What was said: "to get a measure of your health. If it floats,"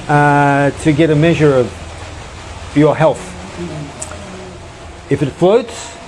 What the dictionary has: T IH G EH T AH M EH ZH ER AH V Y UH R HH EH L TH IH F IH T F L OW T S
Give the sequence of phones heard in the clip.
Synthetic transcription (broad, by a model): T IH G EH T AH M EH ZH ER AH V Y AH R HH EH L TH IH F IH T F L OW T S